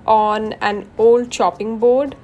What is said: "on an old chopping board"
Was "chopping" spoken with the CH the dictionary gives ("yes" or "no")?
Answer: no